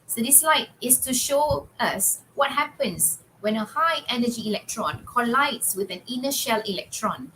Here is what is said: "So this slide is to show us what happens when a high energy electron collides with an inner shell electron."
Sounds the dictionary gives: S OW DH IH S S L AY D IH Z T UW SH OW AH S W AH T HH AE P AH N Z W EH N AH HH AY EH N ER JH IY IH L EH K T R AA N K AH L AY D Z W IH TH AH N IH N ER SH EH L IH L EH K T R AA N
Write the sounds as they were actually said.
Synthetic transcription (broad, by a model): S OW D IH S S L AY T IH S T UW SH OW AH S W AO T HH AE P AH N S W EH N AH HH AY EH N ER JH IY L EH K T R AA N K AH L AY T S W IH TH AH N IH N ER SH EH L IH L EH K T R AA N